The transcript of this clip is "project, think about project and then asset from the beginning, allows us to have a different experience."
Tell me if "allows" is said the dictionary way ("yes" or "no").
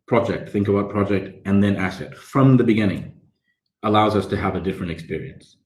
yes